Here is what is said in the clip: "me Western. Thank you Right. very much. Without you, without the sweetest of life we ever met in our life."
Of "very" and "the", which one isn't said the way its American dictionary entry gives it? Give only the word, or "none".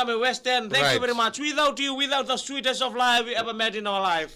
none